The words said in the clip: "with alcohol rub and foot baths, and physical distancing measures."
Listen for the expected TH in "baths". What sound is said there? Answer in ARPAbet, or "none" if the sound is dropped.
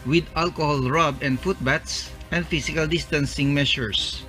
T